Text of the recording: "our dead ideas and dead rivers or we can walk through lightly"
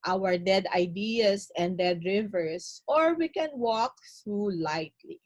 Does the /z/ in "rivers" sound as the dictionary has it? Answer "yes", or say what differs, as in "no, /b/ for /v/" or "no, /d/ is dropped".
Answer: no, /s/ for /z/